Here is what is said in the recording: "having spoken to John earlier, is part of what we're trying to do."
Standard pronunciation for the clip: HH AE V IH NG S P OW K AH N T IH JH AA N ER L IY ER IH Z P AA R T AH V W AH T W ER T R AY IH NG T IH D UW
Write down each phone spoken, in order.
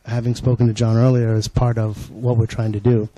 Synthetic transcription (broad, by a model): HH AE V IH NG S P OW K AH N T IH JH AA N ER L IY ER IH Z P AA R T AH V W AH T W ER T R AY IH NG T IH D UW